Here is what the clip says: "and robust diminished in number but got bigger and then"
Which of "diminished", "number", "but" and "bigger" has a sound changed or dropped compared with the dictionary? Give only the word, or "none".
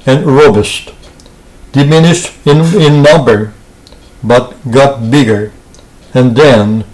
none